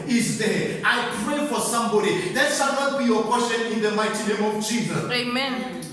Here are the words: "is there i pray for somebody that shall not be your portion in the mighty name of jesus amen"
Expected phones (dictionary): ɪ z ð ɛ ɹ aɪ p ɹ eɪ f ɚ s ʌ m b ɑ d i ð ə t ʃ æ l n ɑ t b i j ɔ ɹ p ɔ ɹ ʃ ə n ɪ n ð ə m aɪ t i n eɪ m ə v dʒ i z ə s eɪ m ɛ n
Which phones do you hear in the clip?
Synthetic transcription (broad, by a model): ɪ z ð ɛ aɪ p ɹ eɪ f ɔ s ʌ m b ɑ d i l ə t s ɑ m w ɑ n b i j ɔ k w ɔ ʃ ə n ɪ n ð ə m aɪ t i n eɪ m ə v tʃ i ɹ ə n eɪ m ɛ n